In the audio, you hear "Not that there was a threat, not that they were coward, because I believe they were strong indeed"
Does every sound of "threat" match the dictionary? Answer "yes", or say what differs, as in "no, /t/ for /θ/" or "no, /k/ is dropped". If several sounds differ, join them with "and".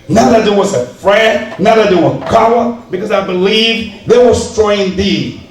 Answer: no, /f/ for /θ/